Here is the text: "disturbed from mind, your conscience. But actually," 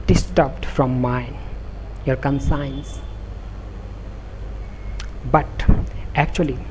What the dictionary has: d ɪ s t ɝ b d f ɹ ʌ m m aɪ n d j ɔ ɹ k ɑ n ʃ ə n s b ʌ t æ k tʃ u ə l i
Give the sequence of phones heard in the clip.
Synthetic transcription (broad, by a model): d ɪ s t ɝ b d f ɹ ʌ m m aɪ n j ɔ ɹ k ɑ n s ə n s b ʌ t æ k tʃ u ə l i